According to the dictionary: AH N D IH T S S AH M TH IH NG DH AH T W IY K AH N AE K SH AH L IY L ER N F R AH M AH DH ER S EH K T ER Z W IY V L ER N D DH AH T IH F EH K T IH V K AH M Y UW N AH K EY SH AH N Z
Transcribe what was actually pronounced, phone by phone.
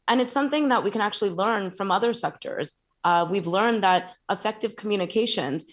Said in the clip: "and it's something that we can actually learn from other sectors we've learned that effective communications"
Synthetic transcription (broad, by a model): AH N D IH T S S AH M TH IH NG DH AH T W IY K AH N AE K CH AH L IY L ER N F R AH M AH DH ER S EH K T ER Z W IY V L ER N DH AH T IH F EH K T IH V K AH M Y UW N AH K EY SH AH N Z